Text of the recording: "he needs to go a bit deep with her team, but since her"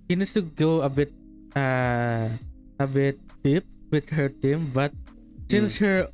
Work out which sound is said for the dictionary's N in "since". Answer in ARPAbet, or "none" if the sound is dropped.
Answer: N